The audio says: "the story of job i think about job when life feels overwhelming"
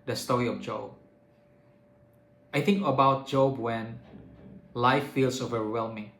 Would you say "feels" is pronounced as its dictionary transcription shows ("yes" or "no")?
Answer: no